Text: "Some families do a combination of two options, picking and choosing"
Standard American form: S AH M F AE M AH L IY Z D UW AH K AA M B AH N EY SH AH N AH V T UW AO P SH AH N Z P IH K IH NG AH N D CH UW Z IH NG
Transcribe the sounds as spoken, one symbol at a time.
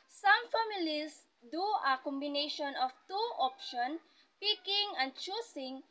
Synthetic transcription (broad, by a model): S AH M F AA M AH L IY S D UW AH K AA M B AH N EY SH AH N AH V T UW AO P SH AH N P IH K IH NG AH N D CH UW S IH NG